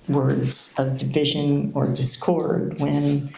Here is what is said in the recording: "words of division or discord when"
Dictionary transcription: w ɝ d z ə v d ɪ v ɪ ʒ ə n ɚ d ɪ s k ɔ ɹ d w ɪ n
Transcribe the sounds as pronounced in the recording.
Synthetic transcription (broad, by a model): w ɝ d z ə v d ɪ v ɪ ʒ ə n ɚ d ɪ s k ɔ ɹ d w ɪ n